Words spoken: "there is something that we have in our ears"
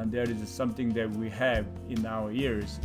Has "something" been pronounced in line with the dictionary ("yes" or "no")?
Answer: yes